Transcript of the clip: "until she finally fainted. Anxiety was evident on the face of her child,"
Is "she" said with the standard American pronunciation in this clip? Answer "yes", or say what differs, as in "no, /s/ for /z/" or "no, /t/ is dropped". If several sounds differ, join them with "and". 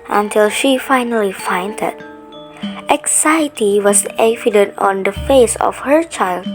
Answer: yes